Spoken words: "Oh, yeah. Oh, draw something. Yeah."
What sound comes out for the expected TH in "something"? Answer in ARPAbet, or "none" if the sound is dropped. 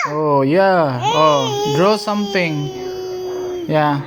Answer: T